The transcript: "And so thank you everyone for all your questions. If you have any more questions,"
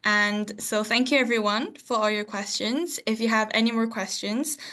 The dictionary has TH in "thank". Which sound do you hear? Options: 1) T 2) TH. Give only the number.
2